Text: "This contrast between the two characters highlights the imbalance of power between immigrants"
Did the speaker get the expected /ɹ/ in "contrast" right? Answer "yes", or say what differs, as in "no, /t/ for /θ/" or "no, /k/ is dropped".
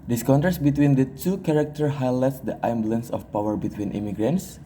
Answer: no, /ɹ/ is dropped